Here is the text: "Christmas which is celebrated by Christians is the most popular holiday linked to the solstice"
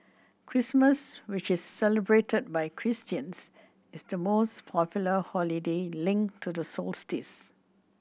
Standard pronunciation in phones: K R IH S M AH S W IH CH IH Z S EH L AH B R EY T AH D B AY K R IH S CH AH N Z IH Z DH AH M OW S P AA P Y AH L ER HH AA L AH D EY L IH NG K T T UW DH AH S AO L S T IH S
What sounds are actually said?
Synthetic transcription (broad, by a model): K R IH S M AH S W IH CH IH S EH L AH B R EY T AH D B AY K R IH S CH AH N S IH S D AH M OW S P AA P Y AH L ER HH AA L AH D EY L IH NG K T T UW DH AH S AO L S T IH S